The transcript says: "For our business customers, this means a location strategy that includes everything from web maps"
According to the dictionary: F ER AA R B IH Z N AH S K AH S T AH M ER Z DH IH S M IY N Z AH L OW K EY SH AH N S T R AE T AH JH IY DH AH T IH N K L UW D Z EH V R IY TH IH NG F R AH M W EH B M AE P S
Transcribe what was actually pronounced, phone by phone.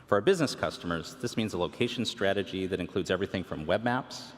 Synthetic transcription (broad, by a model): F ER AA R B IH Z N AH S K AH S T AH M ER Z DH IH S M IY N Z AH L OW K EY SH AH N S T R AE T AH JH IY DH AH T IH N K L UW D Z EH V R IY TH IH NG F R AH M W EH B M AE P S